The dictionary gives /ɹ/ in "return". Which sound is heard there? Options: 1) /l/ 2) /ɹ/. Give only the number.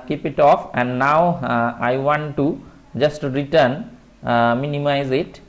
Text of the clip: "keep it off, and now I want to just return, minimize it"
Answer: 2